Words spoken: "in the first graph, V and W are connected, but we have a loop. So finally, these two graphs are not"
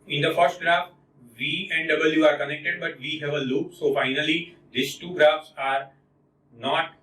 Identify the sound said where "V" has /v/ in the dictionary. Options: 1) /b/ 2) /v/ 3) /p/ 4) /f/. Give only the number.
2